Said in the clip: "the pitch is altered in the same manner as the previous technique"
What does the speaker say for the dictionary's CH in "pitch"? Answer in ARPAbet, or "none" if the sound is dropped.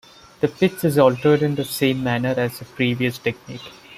S